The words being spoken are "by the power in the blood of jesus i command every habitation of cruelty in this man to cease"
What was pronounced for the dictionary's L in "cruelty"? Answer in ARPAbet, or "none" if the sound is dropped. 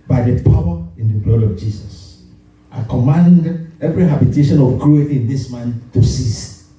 none